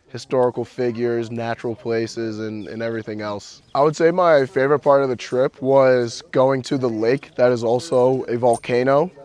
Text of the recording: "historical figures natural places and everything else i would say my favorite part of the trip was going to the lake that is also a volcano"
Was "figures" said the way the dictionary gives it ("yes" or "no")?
yes